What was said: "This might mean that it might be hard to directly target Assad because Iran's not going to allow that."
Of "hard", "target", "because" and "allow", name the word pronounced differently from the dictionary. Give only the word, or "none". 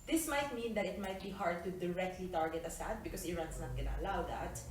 because